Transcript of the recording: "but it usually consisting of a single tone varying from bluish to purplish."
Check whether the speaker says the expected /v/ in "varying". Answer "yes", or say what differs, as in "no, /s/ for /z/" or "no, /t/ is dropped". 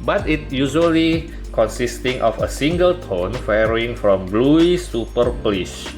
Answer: no, /f/ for /v/